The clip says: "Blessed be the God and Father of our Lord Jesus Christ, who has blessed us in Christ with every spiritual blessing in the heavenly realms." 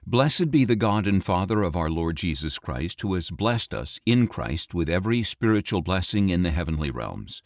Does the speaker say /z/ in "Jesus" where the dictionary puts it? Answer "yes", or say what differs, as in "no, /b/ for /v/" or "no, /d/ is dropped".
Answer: yes